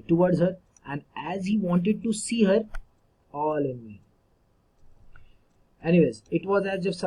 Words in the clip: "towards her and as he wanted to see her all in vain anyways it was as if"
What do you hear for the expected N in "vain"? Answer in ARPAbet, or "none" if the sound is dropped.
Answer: none